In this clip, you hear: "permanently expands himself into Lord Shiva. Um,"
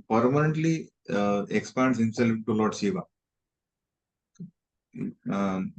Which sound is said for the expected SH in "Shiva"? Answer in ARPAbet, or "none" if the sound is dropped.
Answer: S